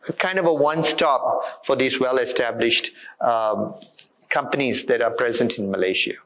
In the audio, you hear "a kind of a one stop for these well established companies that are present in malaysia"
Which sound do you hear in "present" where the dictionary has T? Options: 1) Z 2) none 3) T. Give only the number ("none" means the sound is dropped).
3